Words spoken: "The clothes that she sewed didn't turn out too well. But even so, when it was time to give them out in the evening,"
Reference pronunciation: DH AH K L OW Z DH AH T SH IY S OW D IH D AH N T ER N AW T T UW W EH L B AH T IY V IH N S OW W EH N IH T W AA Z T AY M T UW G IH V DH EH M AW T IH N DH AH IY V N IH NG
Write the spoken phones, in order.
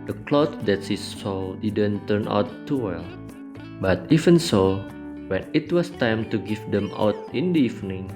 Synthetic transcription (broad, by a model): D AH K L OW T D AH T S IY S OW D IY D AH N T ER N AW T T UW W EH L B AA T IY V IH N S OW W EH N IH T W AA S T AY M T UW G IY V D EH M AW T IH N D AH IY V N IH NG